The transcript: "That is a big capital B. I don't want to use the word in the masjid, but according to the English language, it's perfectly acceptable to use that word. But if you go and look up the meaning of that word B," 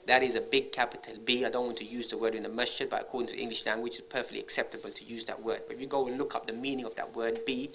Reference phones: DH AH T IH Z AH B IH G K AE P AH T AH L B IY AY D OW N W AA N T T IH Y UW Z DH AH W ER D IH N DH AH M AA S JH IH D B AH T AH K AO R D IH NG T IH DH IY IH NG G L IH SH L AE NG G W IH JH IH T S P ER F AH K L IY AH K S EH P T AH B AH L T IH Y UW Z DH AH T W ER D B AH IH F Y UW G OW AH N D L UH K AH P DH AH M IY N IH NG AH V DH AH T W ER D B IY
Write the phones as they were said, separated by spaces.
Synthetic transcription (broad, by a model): DH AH T IH Z AH B IH G K AE P AH T AH L B IY AY D OW N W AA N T T IH Y UW Z DH AH W ER D IH N DH AH M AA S CH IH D B AH T AH K AO R D IH NG T IH DH IY IH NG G L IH SH L AE NG G W IH JH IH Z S P ER F AH K L IY AH K S EH P T AH B AH L T IH Y UW Z DH AH T W ER D B AH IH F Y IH G OW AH N L UH K AH P DH AH M IY N IH NG AH V DH AH T W ER D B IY